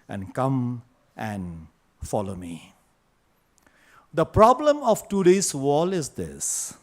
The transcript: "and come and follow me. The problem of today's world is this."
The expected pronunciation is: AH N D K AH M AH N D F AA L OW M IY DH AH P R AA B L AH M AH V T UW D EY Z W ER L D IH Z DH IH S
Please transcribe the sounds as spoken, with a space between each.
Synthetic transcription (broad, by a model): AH N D K AH M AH N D F AA L OW M IY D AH P R AA B L AH M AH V T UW D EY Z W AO L IH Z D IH S